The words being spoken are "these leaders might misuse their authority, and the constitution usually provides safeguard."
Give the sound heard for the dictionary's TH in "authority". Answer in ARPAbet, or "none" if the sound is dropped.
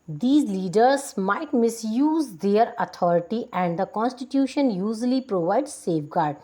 T